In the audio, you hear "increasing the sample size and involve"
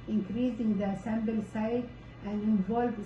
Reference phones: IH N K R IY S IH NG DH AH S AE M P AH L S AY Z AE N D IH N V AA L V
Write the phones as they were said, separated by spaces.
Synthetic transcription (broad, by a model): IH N K R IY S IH NG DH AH S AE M B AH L S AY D AE N D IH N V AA L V